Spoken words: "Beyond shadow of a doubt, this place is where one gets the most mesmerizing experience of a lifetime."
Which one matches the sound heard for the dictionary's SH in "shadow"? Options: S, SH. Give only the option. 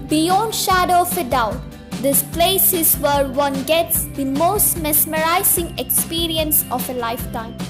SH